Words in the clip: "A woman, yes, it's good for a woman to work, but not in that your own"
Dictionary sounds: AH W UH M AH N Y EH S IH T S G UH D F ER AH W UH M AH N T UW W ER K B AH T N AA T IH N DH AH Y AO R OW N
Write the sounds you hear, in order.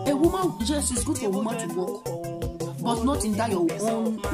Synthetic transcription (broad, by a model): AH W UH M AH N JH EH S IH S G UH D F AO AH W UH M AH T UW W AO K B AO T N AA T IH N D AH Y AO W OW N